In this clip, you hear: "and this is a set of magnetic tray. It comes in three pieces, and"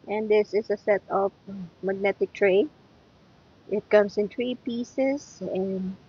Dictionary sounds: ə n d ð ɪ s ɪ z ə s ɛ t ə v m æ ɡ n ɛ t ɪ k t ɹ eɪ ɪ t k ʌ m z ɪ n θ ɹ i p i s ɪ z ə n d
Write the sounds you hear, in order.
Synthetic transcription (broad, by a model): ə n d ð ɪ s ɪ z ə s ɛ t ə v m æ ɡ n ɛ t ɪ k t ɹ eɪ ɪ t k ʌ m s ɪ n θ ɹ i p i s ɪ s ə n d